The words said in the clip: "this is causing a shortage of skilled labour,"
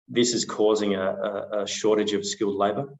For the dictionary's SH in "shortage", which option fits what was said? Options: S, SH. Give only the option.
SH